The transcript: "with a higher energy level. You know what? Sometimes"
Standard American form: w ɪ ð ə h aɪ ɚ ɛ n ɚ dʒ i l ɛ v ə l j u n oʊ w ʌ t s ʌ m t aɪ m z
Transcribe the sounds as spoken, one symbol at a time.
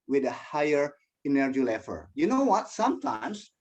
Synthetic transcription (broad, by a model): w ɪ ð ə h aɪ ɚ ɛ n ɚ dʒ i l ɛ f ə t j u n oʊ w ʌ t s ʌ m t aɪ m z